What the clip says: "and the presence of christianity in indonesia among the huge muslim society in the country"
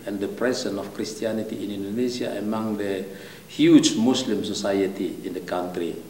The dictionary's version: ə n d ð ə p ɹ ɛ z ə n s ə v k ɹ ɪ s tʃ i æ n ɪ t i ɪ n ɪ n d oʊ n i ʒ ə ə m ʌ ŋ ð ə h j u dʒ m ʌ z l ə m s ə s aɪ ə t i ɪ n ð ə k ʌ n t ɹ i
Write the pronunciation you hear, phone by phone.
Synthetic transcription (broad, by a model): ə n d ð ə p ɹ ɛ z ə n ə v k ɹ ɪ s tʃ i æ n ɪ t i ɪ n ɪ n d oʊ n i s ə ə m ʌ ŋ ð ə h j u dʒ m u s l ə m s ə s aɪ ə t i ɪ n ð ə k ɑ n t ɹ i